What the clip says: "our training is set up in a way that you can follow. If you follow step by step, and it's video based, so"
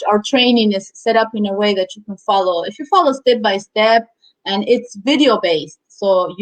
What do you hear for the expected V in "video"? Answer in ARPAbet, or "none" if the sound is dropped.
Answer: V